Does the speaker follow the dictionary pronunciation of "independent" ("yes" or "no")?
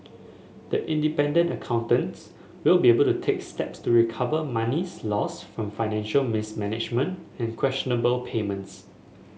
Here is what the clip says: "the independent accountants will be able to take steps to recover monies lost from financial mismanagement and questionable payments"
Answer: yes